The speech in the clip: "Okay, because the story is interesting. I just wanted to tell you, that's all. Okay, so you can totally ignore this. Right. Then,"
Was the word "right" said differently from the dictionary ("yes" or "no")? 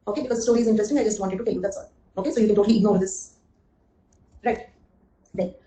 no